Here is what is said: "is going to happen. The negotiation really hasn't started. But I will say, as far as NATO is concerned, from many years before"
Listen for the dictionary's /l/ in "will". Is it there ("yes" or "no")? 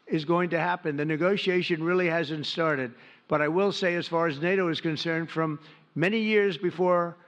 yes